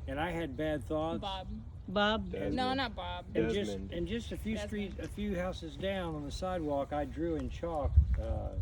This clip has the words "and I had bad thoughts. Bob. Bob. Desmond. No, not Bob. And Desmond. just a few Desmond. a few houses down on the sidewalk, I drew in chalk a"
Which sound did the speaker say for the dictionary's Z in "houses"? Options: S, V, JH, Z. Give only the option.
Z